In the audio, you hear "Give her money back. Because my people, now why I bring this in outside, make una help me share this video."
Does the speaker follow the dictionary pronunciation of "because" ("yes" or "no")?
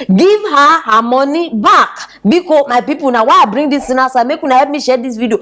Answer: no